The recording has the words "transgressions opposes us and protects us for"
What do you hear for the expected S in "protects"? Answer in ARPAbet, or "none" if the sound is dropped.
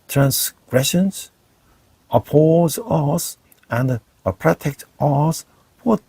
none